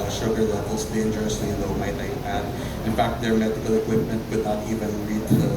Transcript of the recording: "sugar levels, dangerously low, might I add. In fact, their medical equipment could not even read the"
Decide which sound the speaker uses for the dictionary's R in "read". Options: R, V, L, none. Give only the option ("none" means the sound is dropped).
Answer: L